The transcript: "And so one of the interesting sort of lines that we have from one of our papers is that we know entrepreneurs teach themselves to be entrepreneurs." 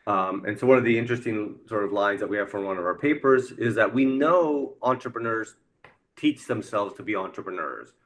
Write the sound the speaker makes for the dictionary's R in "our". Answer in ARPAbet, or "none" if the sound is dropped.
R